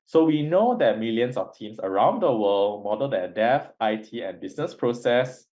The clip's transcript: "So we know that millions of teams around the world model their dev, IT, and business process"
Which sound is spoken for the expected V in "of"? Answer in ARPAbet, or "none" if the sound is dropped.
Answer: F